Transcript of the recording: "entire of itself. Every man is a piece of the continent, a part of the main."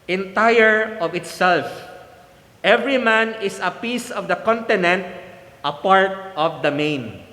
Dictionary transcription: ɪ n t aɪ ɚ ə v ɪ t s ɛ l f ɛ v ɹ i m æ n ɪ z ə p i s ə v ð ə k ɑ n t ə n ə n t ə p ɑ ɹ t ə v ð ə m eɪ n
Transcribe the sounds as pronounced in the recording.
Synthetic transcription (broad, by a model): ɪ n t aɪ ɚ ə v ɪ t s ɛ l f ɛ v ɹ i m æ n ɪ s ə p i s ə v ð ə k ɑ n t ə n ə n t ə p ɑ ɹ t ə v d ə m eɪ n